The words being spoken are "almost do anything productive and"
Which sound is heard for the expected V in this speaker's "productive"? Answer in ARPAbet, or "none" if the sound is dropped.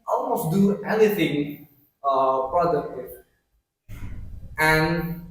none